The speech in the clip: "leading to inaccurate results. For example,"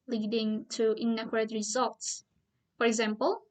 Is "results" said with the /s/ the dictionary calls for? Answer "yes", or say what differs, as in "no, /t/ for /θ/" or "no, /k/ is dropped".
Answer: yes